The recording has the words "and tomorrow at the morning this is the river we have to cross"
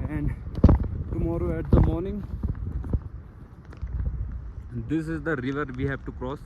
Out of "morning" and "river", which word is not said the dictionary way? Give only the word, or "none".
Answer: none